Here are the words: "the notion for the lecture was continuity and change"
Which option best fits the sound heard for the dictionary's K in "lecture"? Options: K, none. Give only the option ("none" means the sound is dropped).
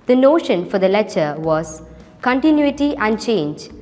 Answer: none